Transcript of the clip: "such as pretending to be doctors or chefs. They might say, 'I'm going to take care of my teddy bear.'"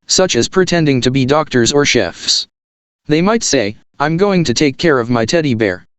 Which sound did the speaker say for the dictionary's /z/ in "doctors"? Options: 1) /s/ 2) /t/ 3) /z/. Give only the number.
3